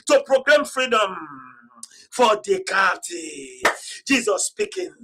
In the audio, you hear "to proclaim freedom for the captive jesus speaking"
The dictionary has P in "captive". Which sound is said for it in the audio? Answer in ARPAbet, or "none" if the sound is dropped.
none